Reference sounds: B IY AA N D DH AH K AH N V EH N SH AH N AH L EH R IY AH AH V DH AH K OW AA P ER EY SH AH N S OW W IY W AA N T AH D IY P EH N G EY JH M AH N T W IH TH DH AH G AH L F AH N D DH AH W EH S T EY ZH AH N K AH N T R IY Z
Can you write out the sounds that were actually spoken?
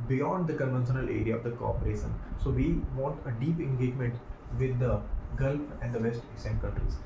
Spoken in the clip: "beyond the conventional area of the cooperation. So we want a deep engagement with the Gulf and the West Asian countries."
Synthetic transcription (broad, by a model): B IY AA N D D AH K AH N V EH N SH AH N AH L EH R IY AH AH V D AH K OW AA P ER EY SH AH N S OW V IY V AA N T AH D IY P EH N G EY JH M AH N T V IH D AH G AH L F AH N D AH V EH S T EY S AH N K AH N T R IY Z